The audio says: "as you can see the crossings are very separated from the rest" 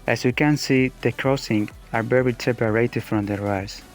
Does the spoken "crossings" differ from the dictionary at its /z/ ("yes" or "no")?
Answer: yes